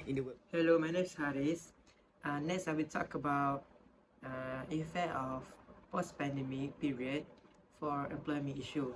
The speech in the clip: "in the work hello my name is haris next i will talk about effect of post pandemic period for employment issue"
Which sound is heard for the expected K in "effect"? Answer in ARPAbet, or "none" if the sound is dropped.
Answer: none